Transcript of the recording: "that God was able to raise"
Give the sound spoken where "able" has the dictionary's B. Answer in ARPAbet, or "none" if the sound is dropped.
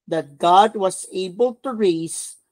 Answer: B